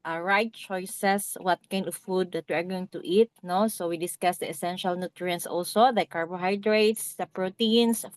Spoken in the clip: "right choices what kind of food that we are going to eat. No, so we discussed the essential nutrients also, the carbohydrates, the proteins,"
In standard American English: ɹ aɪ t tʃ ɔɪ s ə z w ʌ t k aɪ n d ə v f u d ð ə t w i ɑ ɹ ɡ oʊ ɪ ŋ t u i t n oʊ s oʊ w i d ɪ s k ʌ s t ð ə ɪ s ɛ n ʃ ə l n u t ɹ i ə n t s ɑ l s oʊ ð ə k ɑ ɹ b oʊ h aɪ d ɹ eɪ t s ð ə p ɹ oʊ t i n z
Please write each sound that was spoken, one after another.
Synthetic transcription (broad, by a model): ɹ aɪ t tʃ ɔɪ s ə s w ʌ t k aɪ n d ə v f u d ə t w i ɑ ɹ ɡ oʊ ɪ ŋ t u i t n oʊ s oʊ w i d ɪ s k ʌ s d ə ɪ s ɛ n ʃ ə l n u t ɹ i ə n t s ɑ l s oʊ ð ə k ɑ ɹ b oʊ h aɪ d ɹ eɪ t s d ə p ɹ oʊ t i n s